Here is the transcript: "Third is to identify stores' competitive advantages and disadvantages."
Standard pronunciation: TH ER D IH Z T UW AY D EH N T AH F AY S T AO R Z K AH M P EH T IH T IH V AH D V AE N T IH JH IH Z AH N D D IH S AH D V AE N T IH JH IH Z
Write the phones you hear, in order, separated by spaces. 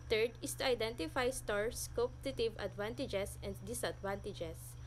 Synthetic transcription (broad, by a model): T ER D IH S T UW AY D EH N T AH F AY S T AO R S K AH P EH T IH T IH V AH D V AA N T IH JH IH S AH N D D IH S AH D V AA N T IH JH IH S